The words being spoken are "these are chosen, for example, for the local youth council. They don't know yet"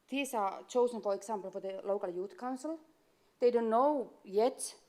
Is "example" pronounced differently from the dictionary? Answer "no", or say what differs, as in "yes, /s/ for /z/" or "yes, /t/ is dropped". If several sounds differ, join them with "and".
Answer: yes, /s/ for /z/